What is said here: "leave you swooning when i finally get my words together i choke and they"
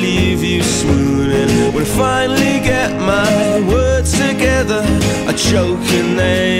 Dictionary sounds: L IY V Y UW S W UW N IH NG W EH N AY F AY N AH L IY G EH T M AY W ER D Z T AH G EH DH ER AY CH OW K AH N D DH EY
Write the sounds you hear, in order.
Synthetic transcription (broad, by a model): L IY V Y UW S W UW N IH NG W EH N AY F AY N L IY G EH T M AY W ER D T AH G EH DH ER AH CH OW K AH N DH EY